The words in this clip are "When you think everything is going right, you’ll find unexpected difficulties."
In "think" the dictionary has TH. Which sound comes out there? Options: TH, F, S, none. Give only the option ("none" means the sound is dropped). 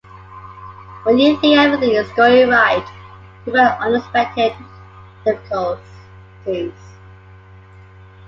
S